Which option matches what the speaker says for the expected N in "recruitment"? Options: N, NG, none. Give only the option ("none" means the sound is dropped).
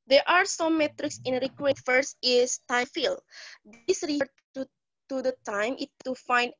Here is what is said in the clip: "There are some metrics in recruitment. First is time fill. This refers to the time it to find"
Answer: none